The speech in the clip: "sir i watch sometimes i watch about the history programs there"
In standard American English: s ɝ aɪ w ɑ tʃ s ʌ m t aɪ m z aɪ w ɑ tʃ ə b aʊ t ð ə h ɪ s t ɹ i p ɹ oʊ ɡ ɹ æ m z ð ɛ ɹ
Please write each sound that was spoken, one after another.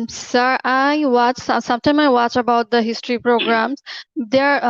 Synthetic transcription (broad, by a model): s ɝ aɪ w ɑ tʃ s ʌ m t aɪ m aɪ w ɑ tʃ ə b aʊ t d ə h ɪ s t ɹ i p ɹ oʊ ɡ ɹ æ m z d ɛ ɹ